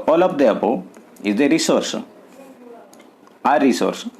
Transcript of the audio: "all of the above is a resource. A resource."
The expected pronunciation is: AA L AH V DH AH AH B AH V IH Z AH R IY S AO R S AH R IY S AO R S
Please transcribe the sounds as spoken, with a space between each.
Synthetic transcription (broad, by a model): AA L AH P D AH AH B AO IH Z AH R IY S AO R S AH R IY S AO R S